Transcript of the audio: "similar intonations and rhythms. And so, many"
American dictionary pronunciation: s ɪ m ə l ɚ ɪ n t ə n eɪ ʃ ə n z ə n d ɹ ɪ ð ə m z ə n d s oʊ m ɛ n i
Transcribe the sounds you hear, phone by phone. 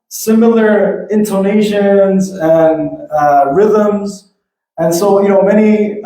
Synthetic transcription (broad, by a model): s ɪ m l ɚ ɪ n t ə n eɪ ʃ ə n z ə n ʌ ɹ ɪ ð ə m z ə n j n oʊ m ɛ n i